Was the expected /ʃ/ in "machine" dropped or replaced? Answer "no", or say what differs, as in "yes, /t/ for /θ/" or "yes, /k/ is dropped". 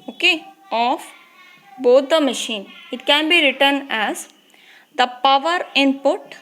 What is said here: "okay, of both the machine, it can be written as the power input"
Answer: no